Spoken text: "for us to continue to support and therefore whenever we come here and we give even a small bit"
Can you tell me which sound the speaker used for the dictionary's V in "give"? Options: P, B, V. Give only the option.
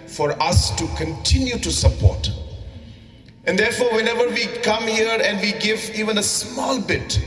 V